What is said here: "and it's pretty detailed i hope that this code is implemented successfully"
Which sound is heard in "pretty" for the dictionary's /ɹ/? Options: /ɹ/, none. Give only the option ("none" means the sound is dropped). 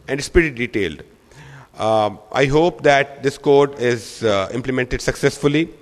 none